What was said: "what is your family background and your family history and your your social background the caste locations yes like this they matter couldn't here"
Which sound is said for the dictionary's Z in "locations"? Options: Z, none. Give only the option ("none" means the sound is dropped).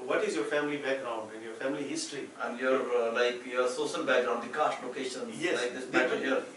none